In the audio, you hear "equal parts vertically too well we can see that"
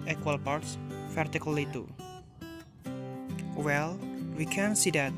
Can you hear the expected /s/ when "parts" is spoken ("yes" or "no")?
yes